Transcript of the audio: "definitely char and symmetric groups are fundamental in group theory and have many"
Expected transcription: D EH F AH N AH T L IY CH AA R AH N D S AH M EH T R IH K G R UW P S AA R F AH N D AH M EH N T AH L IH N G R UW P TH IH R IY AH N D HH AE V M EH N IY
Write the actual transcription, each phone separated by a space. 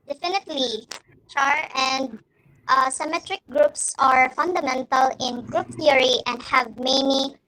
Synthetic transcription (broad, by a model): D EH F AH N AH T L IY CH AA R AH N D S AH M EH T R IH K G R UW P S AA R F AH N D AH M EH N T AH L IH N G R UW P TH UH R IY AH N D HH AE V M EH N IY